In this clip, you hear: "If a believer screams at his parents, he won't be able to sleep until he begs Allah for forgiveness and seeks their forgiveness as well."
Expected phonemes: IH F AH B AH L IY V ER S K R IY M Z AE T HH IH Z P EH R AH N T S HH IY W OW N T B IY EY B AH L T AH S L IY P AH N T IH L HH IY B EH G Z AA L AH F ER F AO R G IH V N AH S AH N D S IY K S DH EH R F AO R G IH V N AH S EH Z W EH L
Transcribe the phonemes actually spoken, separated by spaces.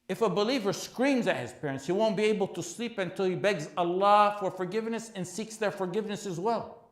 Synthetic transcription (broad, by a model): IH F AH B AH L IY V ER S K R IY M Z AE T HH IH Z P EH R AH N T S HH IY W OW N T B IY EY B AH L T AH S L IY P AH N T IH L HH IY B EH G Z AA L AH F ER F AO R G IH V N AH S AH N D S IY K S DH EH R F AO R G IH V N AH S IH Z W EH L